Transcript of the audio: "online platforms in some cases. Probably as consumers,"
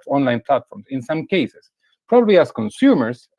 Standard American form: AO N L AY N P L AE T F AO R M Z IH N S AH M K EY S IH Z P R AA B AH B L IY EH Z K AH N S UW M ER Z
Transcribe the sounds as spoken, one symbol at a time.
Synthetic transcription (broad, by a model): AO N L AY N P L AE T F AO R M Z IH N S AH M K EY S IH S P R AA B AH B L IY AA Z K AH N S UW M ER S